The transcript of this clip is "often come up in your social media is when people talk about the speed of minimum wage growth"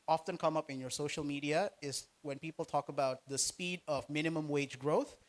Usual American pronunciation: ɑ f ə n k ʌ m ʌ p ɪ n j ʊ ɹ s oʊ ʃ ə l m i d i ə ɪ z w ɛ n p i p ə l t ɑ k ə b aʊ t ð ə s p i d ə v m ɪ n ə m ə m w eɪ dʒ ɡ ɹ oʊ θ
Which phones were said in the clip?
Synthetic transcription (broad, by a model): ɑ f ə n k ʌ m ʌ p ɪ n j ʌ ɹ s oʊ ʃ ə l m i d i ə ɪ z w ɛ n p i p l t ɑ k ə b aʊ t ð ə s p i d ə v m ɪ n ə m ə m w eɪ dʒ ɡ ɹ oʊ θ